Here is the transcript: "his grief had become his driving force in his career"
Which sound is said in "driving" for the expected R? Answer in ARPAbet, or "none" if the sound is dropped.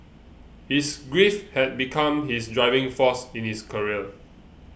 R